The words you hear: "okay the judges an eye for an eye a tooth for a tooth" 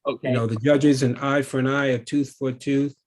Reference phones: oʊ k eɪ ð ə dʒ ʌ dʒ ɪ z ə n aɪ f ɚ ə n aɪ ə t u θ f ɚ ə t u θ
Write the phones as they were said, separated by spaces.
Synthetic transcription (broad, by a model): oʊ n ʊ ð ə dʒ ʌ dʒ ɪ z ə n aɪ f ɚ ə n aɪ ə t u θ f ɚ t u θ